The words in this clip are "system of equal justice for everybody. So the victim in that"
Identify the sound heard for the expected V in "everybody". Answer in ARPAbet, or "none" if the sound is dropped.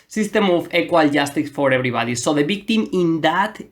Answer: B